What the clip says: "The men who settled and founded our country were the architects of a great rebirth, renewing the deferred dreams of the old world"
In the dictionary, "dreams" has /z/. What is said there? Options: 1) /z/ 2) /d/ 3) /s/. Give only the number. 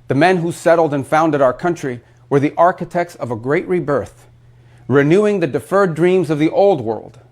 1